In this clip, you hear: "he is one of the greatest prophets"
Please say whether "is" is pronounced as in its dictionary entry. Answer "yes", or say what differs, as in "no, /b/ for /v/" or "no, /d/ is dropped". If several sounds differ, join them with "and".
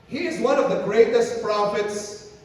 yes